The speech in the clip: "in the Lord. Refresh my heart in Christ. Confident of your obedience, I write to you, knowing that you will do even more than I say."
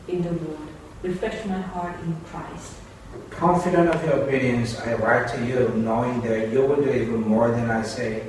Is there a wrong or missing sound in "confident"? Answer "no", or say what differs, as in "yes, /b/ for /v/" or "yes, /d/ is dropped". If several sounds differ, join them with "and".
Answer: no